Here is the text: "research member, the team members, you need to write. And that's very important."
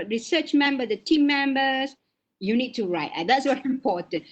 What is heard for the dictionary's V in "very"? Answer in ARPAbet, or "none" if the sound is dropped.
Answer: W